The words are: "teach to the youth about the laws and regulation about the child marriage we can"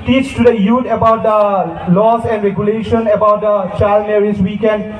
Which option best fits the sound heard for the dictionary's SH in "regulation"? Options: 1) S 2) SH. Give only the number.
2